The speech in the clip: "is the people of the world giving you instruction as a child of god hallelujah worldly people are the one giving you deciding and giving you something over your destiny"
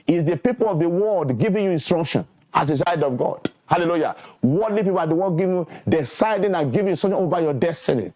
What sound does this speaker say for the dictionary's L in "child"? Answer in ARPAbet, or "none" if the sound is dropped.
none